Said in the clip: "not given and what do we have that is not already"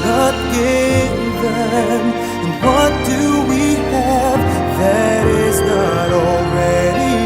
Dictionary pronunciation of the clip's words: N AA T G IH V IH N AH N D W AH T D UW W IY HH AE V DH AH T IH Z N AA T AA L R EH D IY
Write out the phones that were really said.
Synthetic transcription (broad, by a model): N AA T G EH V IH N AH N W AH T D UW W IY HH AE V DH AH T IH Z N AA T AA L R EH D IY